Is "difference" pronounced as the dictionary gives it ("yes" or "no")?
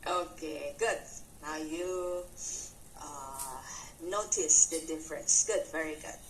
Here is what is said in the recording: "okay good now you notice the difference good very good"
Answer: yes